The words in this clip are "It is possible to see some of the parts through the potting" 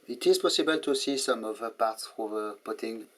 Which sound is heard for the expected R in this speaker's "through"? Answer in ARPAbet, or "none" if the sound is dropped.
none